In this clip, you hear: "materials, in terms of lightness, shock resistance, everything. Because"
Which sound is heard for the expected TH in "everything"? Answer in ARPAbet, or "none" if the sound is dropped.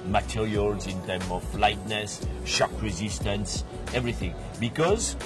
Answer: TH